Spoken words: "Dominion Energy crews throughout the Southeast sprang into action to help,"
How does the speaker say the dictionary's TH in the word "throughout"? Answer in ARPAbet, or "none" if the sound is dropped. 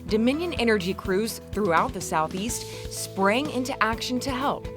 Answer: TH